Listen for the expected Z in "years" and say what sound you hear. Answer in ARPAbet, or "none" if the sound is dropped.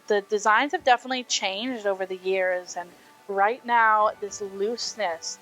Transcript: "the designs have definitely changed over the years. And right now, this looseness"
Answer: Z